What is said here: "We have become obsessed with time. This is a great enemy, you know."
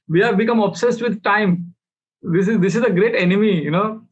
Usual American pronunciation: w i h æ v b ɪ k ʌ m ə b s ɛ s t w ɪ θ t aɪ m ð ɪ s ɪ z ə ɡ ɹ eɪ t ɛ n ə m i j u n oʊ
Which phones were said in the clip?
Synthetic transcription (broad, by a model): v i h æ v b ɪ k ʌ m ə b s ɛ s t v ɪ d t aɪ m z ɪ s ɪ z ə ɡ ɹ eɪ t ɛ n ə m i j u n oʊ